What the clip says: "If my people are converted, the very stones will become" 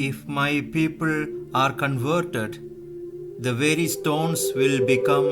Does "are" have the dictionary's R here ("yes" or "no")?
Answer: yes